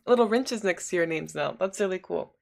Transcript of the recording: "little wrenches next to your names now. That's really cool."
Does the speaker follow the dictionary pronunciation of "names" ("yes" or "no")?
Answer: yes